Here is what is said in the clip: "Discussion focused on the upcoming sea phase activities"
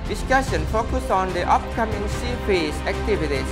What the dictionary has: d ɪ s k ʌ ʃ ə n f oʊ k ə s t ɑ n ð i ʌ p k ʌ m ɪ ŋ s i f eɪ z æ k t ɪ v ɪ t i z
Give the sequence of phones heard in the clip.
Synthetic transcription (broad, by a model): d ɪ s k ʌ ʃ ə n f oʊ k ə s ɑ n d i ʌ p k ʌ m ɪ ŋ s i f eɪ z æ k t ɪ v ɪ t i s